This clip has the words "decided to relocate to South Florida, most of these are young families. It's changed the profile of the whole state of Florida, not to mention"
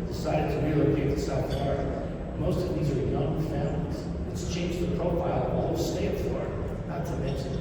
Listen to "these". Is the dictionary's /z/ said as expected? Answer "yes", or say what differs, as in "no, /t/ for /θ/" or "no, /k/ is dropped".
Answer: yes